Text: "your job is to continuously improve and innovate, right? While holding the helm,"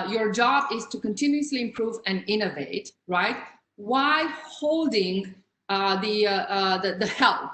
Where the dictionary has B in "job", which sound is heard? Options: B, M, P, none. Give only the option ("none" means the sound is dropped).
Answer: B